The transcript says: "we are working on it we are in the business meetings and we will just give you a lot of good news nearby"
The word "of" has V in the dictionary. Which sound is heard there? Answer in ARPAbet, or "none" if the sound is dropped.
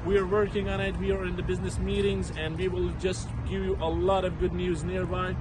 V